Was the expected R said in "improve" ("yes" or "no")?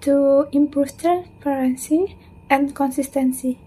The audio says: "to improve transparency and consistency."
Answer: no